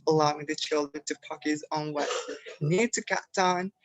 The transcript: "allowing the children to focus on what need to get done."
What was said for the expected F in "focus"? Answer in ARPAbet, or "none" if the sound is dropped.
P